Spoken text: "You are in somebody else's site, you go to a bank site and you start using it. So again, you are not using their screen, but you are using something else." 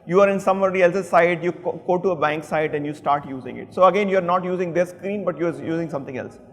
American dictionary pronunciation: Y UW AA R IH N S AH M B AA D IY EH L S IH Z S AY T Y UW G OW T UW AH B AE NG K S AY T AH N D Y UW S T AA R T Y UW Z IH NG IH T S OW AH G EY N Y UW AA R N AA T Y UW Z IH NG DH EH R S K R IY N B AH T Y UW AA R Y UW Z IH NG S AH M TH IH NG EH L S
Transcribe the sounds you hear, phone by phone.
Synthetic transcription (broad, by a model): Y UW AA R IH N S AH M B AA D IY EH L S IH S AY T Y UW G OW T UW AH B AE NG K S AY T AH N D Y UW S T AA R T Y UW Z IH NG IH T S OW AH G EY N Y UW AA R N AA T Y UW Z IH NG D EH S K R IY N B AH T Y UW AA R Y UW Z IH NG S AH M T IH NG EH L S